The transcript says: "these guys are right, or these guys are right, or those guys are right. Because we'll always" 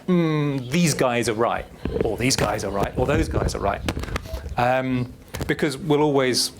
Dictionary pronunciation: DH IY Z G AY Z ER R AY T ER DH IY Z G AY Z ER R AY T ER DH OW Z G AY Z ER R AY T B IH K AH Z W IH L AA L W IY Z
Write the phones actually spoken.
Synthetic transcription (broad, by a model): DH IY Z G AY Z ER R AY T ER DH IY Z G AY Z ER R AY T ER DH OW Z G AY Z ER R AY T B IH K AH Z W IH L AA L W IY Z